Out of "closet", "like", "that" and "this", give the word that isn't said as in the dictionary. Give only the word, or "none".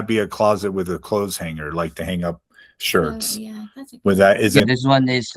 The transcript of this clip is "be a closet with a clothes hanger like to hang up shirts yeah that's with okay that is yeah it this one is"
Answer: none